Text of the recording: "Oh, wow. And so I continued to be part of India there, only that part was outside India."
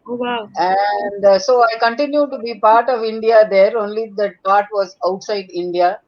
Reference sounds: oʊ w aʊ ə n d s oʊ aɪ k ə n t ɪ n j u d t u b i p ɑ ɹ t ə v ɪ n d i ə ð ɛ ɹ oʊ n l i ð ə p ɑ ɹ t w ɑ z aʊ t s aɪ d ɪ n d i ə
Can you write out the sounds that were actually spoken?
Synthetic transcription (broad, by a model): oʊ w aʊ ə n d s oʊ aɪ k ə n t ɪ n j u d t u b i p ɑ ɹ t ə v ɪ n d i ə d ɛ ɹ oʊ n l i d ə p ɑ ɹ t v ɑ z aʊ t s aɪ d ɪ n d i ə